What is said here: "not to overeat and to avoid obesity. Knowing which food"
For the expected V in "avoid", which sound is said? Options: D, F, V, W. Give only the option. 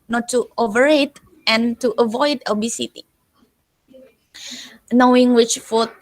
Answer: V